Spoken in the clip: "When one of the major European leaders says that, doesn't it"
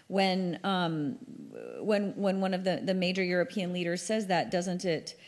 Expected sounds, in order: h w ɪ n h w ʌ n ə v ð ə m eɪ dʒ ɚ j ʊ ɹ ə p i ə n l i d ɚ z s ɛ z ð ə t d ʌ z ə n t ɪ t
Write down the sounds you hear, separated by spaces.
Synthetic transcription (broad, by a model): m w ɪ n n w ʌ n ə v ð ə m eɪ dʒ ɚ j ʊ ɹ ə p i ə n l i d ɚ z s ɛ z ð ə t d ʌ z ə n t ɪ t